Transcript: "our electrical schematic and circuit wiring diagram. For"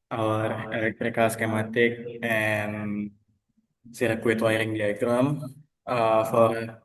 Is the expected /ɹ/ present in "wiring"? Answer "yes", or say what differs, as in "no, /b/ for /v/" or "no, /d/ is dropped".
yes